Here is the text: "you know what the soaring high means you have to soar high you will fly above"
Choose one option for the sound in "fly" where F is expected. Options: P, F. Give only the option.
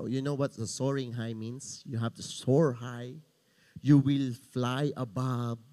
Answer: F